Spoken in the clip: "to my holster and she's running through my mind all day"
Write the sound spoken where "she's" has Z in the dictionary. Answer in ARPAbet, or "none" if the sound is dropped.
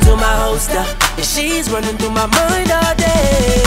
Z